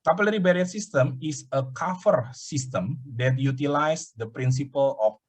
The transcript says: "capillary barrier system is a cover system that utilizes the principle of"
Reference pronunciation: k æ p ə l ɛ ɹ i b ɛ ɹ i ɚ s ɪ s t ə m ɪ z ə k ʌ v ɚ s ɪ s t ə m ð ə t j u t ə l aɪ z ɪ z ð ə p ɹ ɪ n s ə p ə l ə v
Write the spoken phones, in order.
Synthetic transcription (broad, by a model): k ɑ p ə l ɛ ɹ i b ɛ ɹ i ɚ s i s t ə m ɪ s ə k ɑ f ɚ s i s t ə m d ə t j u t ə l aɪ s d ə p ɹ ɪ n s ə p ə l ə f